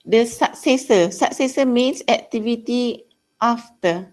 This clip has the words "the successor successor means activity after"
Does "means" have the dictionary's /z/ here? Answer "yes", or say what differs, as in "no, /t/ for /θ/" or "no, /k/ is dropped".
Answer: no, /s/ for /z/